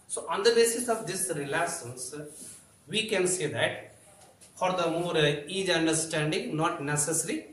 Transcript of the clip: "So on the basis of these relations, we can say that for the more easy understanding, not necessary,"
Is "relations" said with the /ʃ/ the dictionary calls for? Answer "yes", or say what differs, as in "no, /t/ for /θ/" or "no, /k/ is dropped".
no, /s/ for /ʃ/